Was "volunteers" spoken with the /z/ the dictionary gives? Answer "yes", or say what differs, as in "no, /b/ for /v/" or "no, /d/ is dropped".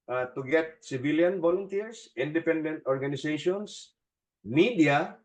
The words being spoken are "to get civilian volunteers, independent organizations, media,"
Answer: no, /s/ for /z/